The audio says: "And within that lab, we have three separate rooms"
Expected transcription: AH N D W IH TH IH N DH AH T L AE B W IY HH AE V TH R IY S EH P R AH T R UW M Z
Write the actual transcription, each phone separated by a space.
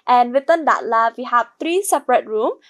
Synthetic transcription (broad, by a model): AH N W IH T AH N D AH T L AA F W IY HH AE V T R IY S EH P R AH T R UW M